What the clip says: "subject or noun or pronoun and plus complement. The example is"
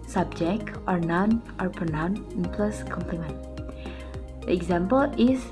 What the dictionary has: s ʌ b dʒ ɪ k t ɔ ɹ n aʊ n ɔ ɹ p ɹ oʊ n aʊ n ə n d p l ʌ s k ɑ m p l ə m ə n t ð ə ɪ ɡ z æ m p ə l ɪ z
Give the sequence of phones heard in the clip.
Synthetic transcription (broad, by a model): s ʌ b dʒ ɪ k t ɔ ɹ n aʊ n ɔ ɹ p oʊ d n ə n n p l ʌ s k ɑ m p l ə m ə n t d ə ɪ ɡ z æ m p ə l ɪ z